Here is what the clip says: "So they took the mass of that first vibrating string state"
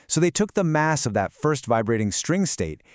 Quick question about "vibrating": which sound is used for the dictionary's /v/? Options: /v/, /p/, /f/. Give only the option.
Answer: /v/